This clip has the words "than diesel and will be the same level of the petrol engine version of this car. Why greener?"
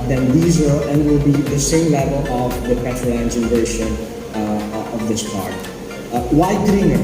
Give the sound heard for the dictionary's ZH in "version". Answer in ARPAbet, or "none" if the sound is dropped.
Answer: SH